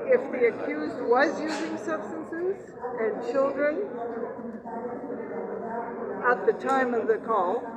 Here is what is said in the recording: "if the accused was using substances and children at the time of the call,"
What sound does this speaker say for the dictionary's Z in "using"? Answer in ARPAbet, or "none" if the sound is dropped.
Z